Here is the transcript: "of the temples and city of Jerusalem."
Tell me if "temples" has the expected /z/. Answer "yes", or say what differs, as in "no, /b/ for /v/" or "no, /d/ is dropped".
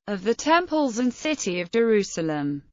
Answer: yes